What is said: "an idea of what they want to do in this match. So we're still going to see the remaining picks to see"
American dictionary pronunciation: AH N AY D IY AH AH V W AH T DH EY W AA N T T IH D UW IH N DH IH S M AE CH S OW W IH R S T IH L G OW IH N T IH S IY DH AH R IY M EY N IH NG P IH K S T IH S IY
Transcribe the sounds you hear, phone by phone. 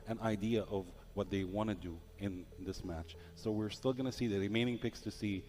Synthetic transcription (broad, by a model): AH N AY D IY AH AH V W AH T DH EY W AA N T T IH D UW IH N DH IH S M AE CH S OW W IH R S T IH L G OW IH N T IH S IY DH AH R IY M EY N IH NG P IH K S T IH S IY